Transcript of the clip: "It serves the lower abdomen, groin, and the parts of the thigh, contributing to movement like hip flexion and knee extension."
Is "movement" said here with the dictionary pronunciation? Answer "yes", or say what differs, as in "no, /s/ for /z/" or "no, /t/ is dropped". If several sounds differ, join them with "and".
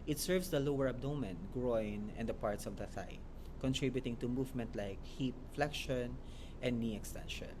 yes